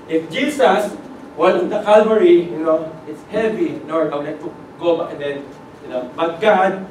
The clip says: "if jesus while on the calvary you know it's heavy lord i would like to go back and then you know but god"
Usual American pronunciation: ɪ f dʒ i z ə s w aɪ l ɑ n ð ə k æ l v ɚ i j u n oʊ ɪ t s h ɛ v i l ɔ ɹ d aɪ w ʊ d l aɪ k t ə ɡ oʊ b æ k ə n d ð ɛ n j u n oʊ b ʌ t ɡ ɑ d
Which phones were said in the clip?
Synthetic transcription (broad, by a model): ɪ f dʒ i s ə s w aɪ n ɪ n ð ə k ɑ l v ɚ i j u n oʊ ɪ t s h ɛ v i n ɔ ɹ aɪ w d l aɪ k t ə ɡ oʊ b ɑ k ə n d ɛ n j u n oʊ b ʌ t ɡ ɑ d